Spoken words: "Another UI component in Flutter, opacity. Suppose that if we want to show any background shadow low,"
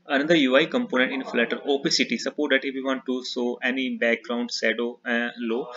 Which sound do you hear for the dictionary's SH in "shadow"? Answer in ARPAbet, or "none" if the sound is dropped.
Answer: S